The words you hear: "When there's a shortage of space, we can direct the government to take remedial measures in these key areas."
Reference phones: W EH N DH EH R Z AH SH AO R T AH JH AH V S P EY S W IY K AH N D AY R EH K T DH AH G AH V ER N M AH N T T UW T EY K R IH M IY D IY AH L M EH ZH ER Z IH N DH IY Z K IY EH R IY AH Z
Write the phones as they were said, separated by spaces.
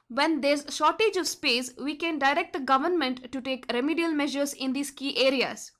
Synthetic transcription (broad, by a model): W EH N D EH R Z SH AO R T AH JH AH V S P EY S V IY K AH N D AY R EH K T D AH G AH V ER N M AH N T T UW T EY K R IH M IY D IY AH L M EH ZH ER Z IH N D IY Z K IY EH R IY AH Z